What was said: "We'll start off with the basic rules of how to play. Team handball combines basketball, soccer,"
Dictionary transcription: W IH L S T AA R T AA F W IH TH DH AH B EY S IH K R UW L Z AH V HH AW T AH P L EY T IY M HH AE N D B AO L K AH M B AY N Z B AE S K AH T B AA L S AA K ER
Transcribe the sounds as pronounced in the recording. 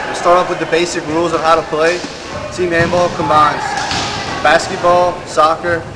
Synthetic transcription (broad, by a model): S T AA R T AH P W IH DH AH B EY S IH K R UW L Z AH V HH AW T AH P L EY T IY M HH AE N B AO L K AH M AY N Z B AE S K AH T B AA L S AA K ER